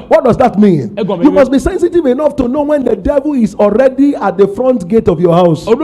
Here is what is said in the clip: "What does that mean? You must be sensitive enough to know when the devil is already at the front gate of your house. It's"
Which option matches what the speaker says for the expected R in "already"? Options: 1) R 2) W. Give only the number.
1